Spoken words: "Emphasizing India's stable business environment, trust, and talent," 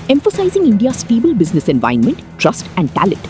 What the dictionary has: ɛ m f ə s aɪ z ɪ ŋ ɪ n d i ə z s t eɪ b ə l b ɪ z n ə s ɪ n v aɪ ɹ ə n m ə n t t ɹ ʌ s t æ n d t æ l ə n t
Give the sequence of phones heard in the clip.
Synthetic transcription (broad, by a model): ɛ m f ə s aɪ z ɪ ŋ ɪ n d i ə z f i b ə l b ɪ z n ə s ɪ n v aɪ ə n m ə n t t ɹ ʌ s t æ n d t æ l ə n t